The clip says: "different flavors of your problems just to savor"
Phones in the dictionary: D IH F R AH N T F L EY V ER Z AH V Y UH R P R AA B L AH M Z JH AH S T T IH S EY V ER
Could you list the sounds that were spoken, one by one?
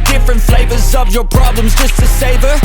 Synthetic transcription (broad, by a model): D IH F R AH N T F L EY V ER Z AH V Y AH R P R AA B L AH M Z JH AH S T T IH S EY V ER